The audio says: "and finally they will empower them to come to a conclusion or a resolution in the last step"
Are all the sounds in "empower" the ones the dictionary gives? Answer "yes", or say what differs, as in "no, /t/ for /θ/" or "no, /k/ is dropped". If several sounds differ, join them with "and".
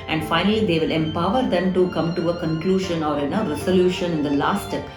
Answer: yes